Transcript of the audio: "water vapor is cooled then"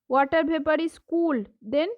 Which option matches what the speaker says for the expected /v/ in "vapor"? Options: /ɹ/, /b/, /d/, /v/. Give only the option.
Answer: /b/